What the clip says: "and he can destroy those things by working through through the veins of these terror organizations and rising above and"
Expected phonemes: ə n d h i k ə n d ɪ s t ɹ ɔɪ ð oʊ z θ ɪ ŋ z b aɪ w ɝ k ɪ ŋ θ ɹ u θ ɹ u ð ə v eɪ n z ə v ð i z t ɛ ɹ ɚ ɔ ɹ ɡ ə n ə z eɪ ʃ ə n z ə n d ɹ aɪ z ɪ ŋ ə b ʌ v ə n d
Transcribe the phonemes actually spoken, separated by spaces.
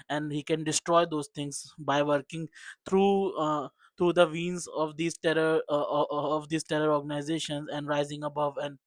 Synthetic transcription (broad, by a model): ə n d h i k ə n d ɪ s t ɹ ɔɪ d oʊ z t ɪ ŋ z b aɪ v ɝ k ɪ ŋ t ɹ u t ɹ u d ə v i n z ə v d i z t ɛ ɹ ɚ ɔ ɹ ɡ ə n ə z eɪ ʃ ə n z ə n d ɹ aɪ z ɪ ŋ ə b ʌ v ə n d